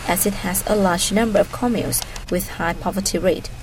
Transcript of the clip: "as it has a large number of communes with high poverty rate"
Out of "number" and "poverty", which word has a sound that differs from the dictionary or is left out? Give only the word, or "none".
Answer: none